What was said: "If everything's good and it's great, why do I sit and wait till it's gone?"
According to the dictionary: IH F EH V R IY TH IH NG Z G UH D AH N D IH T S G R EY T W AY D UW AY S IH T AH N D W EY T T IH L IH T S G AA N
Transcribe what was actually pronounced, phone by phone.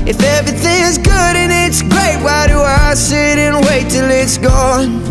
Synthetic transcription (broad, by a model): IH F EH V R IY TH IH NG Z G UH D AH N IH T S G R EY T W AY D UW AY S IH T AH N W EY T T IH L IH T S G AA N